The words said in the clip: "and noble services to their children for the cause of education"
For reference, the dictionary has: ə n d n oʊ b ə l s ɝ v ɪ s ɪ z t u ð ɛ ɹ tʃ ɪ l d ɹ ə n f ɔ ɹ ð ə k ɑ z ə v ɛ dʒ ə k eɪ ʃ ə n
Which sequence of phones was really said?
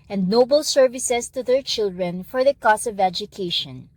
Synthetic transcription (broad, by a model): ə n d n oʊ b ə l s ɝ v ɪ s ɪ s t u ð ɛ ɹ tʃ ɪ l d ɹ ə n f ɔ ɹ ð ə k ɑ s ə v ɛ dʒ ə k eɪ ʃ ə n